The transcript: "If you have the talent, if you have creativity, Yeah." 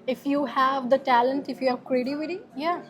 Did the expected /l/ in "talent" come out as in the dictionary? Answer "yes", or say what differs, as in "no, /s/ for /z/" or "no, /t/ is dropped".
yes